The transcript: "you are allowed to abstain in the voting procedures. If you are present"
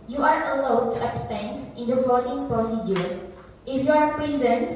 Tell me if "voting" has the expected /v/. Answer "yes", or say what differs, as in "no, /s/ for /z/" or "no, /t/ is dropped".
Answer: no, /f/ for /v/